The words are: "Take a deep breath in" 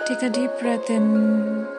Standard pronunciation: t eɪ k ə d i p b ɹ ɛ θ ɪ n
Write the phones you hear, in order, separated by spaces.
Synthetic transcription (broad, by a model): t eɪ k ə d i p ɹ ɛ t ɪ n